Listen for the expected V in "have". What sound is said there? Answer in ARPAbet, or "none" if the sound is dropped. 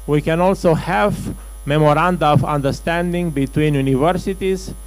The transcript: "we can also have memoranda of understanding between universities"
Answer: V